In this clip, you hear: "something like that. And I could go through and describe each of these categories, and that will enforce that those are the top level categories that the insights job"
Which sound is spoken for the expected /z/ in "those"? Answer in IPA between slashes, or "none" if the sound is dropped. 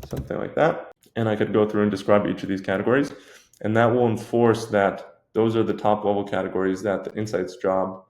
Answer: /z/